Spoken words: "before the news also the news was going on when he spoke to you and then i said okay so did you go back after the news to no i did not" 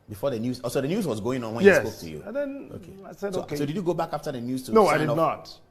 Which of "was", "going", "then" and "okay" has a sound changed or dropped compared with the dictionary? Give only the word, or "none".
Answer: then